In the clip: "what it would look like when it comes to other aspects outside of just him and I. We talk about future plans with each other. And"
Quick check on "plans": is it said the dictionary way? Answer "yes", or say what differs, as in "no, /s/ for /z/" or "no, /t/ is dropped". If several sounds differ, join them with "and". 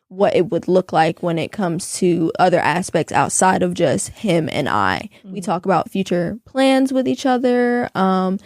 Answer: yes